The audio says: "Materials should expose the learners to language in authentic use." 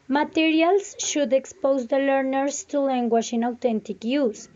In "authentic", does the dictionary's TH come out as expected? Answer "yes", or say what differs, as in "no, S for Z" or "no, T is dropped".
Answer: no, T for TH